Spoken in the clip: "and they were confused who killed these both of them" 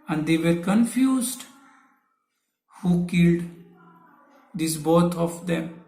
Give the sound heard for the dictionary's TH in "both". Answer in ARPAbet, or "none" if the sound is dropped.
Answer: T